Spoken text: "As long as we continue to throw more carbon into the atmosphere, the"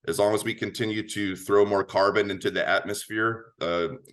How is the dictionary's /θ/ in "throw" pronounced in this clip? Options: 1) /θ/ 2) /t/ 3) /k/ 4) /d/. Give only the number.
1